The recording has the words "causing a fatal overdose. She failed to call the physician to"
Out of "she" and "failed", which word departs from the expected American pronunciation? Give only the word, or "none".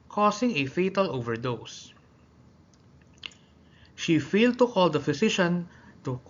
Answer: none